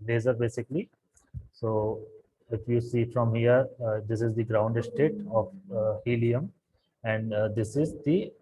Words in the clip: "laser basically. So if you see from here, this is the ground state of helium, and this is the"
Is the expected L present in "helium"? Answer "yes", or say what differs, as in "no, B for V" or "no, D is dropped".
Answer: yes